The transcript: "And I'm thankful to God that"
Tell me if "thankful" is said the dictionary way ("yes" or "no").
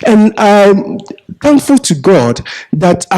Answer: yes